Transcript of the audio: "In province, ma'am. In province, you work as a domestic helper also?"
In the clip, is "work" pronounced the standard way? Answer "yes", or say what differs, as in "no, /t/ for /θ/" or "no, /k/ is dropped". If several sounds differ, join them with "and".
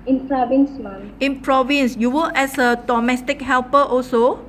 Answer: no, /k/ is dropped